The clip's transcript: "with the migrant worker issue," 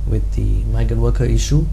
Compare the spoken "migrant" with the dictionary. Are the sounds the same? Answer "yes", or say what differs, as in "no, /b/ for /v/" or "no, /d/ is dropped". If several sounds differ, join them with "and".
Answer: no, /ɹ/ is dropped